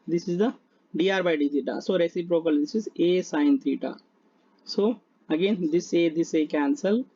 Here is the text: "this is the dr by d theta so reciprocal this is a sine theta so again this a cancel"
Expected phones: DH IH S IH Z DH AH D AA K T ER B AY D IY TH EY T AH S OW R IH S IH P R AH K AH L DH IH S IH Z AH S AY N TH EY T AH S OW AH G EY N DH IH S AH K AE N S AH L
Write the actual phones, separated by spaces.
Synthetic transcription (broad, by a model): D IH S IH Z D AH D AA T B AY D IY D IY T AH S OW R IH S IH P R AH K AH L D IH S IH Z AH S AY N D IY T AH S OW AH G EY N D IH S AH K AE N S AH L